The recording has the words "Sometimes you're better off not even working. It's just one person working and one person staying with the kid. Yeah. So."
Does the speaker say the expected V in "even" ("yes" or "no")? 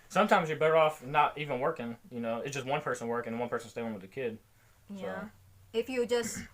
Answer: yes